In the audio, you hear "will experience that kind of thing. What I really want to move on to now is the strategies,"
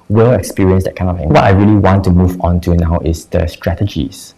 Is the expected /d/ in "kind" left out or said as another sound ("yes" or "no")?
yes